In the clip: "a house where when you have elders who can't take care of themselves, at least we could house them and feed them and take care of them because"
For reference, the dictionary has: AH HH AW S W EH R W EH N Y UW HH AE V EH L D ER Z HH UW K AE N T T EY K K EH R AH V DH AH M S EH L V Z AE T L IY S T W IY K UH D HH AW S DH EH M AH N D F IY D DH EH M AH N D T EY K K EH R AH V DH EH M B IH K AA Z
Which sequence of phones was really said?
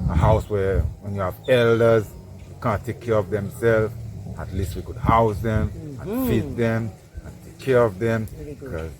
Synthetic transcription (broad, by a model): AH HH AW S W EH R W EH N Y UW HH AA V EH L D ER Z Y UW K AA N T T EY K K EH R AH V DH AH M S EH L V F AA T L IY S T W IY K UH D HH AW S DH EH M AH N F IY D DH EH M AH N T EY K K EH R AH V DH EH M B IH K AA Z